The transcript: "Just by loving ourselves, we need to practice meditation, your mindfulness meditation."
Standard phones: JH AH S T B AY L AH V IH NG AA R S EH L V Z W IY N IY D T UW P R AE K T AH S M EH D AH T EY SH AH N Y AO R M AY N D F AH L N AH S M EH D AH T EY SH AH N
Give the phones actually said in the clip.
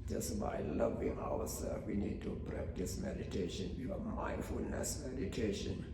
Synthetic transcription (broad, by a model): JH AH S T B AY L AH V IH NG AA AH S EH L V W IY N IY D T UW P R AE K T AH S M EH D AH T EY SH AH N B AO M AY N D F AH L N AH S M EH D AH T EY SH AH N